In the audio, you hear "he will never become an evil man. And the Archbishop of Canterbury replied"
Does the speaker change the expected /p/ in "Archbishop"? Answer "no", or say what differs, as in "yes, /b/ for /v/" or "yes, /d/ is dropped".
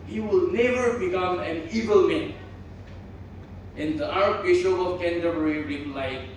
yes, /p/ is dropped